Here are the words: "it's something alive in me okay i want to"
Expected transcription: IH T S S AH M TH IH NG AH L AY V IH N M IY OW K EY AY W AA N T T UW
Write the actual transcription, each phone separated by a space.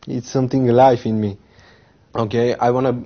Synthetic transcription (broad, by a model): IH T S S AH M T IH NG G L AY F IH N M IY OW K EY AY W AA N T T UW